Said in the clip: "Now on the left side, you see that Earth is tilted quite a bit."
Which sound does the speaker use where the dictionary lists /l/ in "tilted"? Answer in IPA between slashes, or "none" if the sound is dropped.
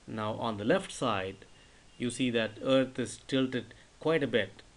/l/